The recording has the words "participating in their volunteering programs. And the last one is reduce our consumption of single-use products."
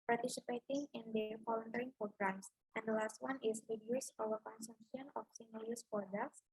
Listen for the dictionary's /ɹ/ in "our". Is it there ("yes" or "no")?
no